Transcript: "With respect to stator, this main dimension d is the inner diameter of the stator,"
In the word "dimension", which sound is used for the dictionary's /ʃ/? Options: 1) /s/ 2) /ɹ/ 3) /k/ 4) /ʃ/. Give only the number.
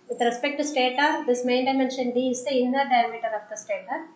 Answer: 4